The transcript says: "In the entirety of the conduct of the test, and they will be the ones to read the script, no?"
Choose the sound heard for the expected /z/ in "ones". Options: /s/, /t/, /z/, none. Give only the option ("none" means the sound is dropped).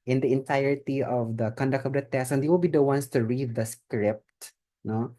/s/